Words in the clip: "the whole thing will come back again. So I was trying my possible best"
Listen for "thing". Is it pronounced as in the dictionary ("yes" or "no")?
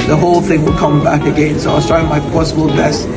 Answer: yes